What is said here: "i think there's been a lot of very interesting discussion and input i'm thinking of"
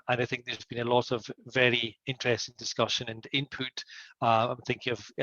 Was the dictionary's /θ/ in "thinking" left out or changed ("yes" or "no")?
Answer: no